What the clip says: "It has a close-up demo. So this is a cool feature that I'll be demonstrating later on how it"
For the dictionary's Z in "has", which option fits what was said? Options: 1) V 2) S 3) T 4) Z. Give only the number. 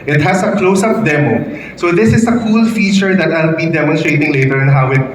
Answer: 2